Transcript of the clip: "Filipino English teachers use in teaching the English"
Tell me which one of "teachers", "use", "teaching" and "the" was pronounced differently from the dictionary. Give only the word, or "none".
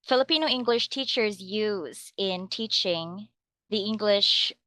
none